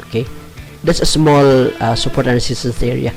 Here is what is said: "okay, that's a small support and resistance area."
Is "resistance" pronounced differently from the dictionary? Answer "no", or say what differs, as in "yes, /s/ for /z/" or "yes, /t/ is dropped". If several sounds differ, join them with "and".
yes, /s/ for /z/